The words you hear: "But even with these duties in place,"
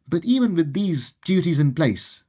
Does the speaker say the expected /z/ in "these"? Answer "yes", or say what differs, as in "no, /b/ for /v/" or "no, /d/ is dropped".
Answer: yes